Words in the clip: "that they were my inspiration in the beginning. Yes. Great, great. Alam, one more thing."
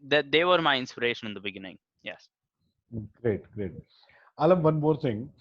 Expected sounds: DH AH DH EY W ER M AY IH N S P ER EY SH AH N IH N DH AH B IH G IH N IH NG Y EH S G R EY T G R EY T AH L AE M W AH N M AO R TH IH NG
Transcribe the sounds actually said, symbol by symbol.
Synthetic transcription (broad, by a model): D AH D EY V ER M AY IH N S P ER EY SH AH N IH N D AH B IH G IH N IH NG Y EH S G R EY T G R EY T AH L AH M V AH N M AO R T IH NG